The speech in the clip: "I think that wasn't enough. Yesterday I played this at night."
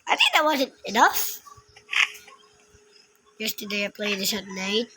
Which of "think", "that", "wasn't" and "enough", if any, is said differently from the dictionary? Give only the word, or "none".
none